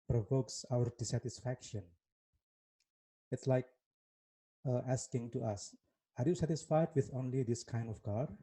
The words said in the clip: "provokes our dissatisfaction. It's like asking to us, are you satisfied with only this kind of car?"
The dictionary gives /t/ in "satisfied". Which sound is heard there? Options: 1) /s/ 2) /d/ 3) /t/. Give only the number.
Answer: 3